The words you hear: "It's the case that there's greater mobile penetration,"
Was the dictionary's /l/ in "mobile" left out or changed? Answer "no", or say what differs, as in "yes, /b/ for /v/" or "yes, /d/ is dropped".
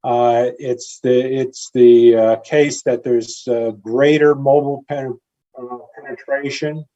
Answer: yes, /n/ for /l/